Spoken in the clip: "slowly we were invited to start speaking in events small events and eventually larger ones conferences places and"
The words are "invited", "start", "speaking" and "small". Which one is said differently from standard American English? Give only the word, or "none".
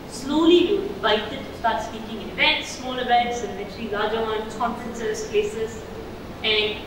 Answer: invited